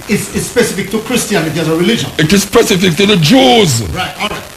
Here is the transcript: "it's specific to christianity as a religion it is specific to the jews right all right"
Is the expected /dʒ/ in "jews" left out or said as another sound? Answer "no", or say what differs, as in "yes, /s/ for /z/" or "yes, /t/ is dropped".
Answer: no